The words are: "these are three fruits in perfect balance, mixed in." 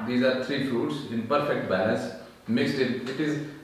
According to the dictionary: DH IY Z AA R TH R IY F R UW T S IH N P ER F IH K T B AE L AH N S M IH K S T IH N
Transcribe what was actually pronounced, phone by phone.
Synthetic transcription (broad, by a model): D IY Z AA R T R IY F R UW T S IH N P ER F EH K T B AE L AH S M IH K S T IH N